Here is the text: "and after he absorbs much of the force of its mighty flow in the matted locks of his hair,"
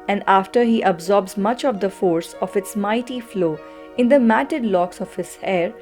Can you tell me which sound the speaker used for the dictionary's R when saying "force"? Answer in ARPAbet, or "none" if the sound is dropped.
R